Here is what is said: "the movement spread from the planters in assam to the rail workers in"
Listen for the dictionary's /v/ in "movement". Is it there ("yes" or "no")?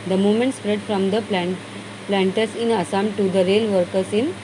no